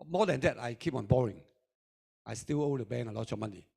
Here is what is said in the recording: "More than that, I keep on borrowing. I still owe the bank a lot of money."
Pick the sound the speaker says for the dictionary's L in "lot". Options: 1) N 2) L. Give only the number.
2